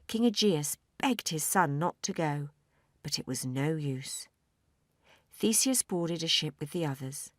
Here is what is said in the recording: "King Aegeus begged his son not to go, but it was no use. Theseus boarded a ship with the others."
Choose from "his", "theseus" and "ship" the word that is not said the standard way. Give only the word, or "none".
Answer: none